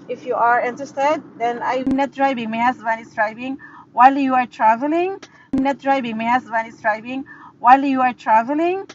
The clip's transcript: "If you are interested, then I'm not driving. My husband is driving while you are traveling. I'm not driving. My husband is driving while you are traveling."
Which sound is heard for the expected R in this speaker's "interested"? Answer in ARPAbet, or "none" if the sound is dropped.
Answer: none